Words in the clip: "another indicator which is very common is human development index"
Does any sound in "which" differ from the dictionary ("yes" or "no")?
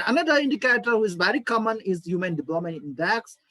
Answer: yes